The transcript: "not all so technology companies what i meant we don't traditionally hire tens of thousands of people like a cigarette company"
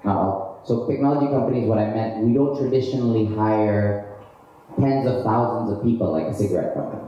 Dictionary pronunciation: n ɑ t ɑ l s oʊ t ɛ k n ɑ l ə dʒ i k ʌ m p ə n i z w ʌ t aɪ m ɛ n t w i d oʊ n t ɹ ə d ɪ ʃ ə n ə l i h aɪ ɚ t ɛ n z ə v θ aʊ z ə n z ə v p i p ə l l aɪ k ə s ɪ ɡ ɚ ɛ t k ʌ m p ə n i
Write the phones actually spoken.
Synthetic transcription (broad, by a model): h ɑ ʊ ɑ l s oʊ t ɛ k n ɑ l ə dʒ i k ʌ m p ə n i z w ʌ t aɪ m ɛ n t w i d oʊ n t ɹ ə d ɪ ʃ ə n l i h aɪ ɚ t ɛ n z ə v θ aʊ z ə n z ə v p i p l l aɪ k ə s ɪ ɡ ɚ ɛ t k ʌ m p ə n i